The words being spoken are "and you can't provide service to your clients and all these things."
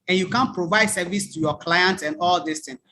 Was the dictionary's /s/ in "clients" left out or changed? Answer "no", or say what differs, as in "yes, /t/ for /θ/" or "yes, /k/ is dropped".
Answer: yes, /s/ is dropped